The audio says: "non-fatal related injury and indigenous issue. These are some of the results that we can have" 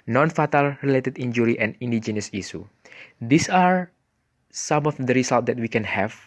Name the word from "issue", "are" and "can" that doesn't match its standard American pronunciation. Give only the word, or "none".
issue